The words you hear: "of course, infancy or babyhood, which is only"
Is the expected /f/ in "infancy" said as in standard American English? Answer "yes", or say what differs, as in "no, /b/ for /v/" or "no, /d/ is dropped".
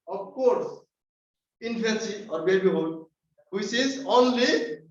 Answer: no, /p/ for /f/